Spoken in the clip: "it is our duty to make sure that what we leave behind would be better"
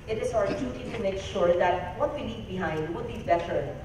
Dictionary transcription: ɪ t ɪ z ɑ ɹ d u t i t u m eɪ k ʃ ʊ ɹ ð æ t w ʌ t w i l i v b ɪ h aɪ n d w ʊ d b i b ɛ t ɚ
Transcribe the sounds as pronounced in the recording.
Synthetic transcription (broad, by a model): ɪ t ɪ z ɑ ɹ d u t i t u m eɪ k ʃ ʊ ɹ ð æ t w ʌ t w i n i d b ɪ h aɪ n d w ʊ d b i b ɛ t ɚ